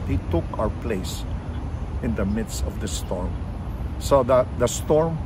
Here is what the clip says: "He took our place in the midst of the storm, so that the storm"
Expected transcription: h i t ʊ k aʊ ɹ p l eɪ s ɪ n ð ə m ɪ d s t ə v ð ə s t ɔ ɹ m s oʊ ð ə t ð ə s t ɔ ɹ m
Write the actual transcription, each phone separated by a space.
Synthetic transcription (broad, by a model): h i t ʊ k aʊ ɹ p l eɪ s ɪ n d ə m ɪ d s t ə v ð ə s t ɔ ɹ m s oʊ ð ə t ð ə s t ɔ ɹ m